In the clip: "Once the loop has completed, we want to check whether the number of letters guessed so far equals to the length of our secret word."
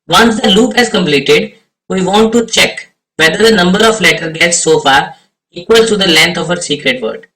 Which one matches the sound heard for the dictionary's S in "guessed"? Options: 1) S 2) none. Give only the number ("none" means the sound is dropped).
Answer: 2